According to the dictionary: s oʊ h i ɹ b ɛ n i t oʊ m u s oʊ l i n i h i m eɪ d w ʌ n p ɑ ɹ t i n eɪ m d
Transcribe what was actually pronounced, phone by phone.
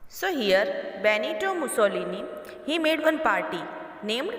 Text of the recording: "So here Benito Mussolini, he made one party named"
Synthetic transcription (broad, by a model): s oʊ h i ɹ b ɛ n i t oʊ m u s oʊ l i n i h i m eɪ d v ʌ n p ɑ ɹ t i n eɪ m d